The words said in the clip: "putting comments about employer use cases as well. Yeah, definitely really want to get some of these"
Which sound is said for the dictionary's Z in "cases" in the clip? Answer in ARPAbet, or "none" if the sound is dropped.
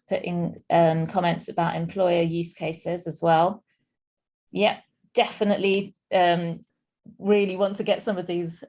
Z